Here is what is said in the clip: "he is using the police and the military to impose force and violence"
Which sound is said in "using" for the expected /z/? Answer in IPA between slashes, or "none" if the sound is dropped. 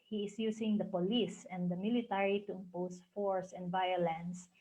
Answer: /s/